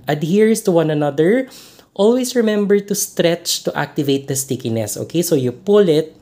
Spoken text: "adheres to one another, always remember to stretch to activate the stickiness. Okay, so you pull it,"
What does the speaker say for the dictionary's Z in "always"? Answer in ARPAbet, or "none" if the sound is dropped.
S